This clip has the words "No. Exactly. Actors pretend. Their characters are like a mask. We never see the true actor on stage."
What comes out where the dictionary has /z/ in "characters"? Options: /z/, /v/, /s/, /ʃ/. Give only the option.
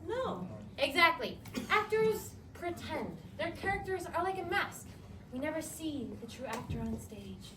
/z/